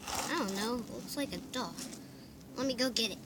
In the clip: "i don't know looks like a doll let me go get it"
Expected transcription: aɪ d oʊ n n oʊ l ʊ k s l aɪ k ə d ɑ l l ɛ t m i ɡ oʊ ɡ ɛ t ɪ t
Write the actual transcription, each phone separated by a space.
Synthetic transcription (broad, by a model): aɪ d oʊ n n oʊ ʊ s l aɪ k ə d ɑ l l ɛ t m i ɡ oʊ ɡ ɛ t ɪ t